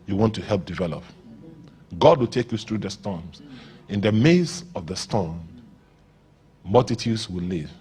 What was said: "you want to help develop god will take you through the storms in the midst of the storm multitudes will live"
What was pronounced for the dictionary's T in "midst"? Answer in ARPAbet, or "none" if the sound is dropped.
none